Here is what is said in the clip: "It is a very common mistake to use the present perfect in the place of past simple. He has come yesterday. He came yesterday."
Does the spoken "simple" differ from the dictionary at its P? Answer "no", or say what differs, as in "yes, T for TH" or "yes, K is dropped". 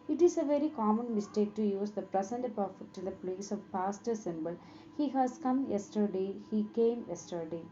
yes, B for P